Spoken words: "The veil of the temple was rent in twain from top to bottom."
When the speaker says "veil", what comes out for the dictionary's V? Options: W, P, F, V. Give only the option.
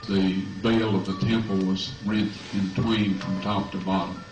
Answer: V